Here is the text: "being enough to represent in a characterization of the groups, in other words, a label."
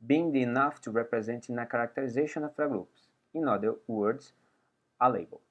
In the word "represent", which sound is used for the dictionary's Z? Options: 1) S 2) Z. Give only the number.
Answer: 2